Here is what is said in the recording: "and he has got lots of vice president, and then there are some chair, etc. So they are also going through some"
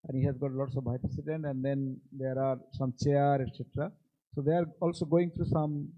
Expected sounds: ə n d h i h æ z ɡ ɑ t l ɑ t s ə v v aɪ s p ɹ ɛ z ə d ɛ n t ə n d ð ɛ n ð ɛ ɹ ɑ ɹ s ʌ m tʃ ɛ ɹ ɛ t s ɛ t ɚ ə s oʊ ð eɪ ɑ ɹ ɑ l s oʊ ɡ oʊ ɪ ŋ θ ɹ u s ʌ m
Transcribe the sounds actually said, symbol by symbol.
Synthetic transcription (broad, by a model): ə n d h i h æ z ɡ ɑ t l ɑ t s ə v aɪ p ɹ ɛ s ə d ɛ n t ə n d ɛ n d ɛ ɹ ɑ ɹ s ʌ m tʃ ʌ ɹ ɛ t s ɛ t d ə s oʊ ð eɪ ɑ ɹ ɑ l s oʊ ɡ oʊ ɪ ŋ t ɹ u s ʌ m